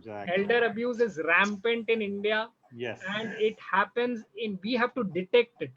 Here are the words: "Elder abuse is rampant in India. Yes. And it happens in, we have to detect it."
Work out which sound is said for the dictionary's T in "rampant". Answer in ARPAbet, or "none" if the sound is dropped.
T